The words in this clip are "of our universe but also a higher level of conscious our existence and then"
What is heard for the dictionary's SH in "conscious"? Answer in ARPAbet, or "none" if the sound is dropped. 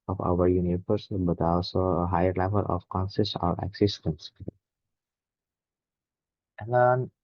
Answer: S